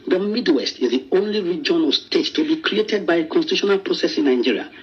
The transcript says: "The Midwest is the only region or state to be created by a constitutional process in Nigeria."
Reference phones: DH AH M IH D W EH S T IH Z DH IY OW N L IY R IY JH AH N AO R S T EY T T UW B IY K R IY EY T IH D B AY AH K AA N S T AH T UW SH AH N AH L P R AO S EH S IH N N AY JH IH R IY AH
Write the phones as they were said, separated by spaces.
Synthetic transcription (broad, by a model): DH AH M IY D W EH S T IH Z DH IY OW N L IY R IY JH AH N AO L S T EY T T UW B IY K R IY EY T IH D B AY AH K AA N S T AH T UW SH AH N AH L P R AO S EH S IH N N AY JH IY R IY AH